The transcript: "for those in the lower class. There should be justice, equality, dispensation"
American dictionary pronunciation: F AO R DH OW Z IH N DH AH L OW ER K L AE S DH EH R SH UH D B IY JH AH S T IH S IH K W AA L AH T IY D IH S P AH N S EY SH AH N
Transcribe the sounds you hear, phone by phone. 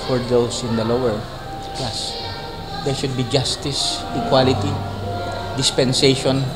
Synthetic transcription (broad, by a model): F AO R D OW S IH N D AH L OW ER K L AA S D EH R SH UH D B IY JH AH S T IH S IH K W AA L AH T IY D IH S P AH N S EY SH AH N